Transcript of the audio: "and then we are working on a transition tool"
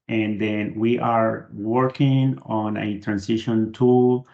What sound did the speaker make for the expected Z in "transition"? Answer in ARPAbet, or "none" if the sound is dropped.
S